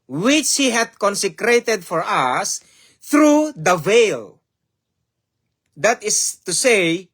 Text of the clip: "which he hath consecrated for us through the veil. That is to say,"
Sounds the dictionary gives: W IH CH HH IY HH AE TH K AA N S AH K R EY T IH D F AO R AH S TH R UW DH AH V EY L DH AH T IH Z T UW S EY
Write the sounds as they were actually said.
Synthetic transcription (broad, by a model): W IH CH HH IY HH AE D K AA N S AH K R EY T IH D F AO R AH S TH R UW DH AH V EY L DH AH T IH S T UW S EY